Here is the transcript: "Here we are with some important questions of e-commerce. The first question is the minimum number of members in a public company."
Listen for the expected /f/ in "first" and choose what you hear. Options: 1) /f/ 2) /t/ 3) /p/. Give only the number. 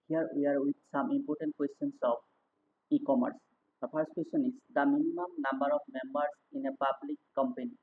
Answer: 3